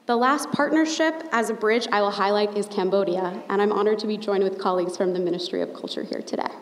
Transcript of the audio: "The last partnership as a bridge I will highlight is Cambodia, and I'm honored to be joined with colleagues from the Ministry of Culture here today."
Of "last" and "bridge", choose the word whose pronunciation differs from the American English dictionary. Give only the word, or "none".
none